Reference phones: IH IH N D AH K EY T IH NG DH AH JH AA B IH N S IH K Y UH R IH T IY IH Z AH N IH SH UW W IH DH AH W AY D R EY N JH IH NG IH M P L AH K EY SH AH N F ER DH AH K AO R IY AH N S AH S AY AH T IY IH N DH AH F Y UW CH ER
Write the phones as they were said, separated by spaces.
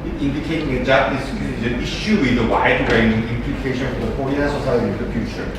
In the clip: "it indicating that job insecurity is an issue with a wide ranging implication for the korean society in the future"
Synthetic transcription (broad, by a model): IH IH N D AH K EY T IH NG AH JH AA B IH S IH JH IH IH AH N IH SH UW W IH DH AH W AY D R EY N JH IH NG IH M P L AH K EY SH AH N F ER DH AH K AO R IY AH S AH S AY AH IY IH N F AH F Y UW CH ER